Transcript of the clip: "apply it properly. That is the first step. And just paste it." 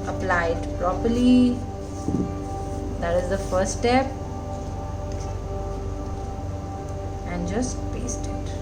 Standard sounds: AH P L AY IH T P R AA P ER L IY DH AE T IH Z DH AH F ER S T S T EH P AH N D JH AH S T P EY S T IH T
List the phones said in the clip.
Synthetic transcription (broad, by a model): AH P L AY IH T P R AA P ER L IY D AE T IH Z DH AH F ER T S T EH P AH N D JH AH S T P EY S T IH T